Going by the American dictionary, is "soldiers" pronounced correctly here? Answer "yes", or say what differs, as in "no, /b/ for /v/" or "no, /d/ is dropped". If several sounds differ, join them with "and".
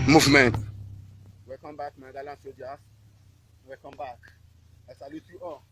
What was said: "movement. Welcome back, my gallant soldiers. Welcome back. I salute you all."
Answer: no, /l/ is dropped and /s/ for /z/